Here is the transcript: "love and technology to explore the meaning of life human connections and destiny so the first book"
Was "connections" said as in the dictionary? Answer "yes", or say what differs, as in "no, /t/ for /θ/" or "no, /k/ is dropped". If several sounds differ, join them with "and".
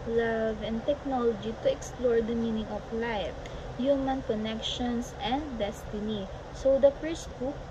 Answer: no, /s/ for /z/